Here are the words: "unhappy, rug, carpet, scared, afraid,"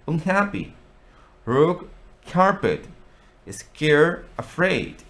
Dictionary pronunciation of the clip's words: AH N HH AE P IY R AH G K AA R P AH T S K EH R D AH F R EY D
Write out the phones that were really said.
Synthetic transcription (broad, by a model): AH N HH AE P IY R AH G K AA R P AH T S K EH R AH F R EY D